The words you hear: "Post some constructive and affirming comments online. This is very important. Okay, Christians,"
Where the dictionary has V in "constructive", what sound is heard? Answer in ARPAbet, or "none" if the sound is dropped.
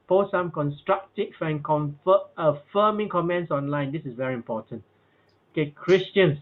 F